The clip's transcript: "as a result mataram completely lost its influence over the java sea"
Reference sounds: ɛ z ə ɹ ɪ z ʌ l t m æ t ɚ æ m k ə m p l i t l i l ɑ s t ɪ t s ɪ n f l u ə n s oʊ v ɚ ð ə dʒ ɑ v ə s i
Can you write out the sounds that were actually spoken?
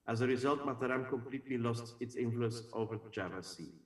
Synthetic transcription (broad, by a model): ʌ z ə ɹ ɪ z ʌ l t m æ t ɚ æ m k ə m p l i t l i l ɑ s t ɪ t s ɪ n f l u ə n s oʊ v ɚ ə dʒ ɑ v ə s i